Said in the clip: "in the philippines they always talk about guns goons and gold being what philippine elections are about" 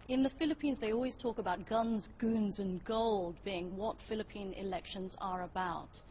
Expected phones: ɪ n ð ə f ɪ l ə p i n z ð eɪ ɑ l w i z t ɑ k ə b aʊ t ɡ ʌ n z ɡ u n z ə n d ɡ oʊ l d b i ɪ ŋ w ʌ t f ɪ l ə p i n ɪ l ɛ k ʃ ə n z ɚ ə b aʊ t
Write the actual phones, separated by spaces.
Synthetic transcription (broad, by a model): ɪ n ð ə f ɪ l ə p i n z ð eɪ ɑ l w i z t ɑ k ə b aʊ t ɡ ʌ n z ɡ u n z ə n ɡ oʊ l d b i ɪ ŋ w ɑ t f ɪ l ə p i n ɪ l ɛ k ʃ ə n z ɚ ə b aʊ t